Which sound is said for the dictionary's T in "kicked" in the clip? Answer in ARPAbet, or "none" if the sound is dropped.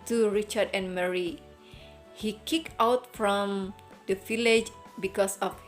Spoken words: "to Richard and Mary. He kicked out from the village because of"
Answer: none